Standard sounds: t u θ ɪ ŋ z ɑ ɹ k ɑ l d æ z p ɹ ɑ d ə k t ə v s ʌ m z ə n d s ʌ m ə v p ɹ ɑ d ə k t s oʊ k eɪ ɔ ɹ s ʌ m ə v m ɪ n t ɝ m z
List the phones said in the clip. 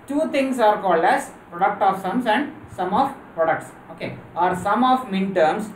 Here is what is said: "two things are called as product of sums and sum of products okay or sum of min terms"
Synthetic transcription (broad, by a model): t u t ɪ ŋ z ɑ ɹ k ɑ l d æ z p ɹ ɑ d ə k t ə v s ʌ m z ə n d s ʌ m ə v p ɹ ɑ d ə k t s oʊ k eɪ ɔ ɹ s ʌ m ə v m ɪ n t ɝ m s